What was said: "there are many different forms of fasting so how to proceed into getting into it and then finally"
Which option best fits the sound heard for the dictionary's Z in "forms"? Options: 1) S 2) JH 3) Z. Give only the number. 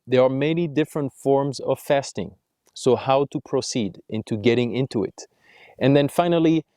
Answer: 3